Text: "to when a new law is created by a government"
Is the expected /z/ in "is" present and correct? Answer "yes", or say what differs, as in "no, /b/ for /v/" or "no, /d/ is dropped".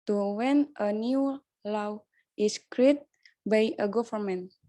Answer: no, /s/ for /z/